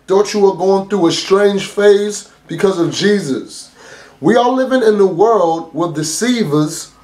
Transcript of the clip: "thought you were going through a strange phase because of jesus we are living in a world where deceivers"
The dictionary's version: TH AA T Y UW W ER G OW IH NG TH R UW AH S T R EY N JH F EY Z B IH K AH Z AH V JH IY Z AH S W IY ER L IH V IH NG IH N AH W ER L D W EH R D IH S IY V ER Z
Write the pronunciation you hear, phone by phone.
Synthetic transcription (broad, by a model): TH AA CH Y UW W ER G OW IH NG TH R UW AH S T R EY N ZH F EY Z B IH K AH Z AH V JH IY Z AH S W IY ER L IH V IH NG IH N AH W ER L D W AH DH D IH S IY V ER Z